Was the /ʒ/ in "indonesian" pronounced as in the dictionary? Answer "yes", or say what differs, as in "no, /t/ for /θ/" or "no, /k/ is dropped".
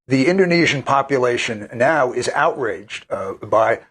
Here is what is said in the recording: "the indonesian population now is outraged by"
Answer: yes